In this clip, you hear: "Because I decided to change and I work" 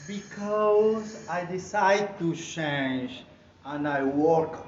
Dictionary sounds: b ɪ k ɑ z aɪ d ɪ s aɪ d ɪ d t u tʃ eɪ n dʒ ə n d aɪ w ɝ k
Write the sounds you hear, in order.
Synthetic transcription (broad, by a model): b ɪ k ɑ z aɪ d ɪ s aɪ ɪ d t u tʃ eɪ n dʒ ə n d aɪ w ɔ k